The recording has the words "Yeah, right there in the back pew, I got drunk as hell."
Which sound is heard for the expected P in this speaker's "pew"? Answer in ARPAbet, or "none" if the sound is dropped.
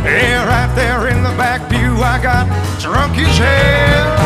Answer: B